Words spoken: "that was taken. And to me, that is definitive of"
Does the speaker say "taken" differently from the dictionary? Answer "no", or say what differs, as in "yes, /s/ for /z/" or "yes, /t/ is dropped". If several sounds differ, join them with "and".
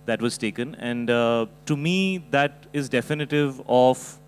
no